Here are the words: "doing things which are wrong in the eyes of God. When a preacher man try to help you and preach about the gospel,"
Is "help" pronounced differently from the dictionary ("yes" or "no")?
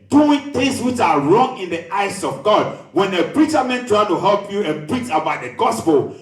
no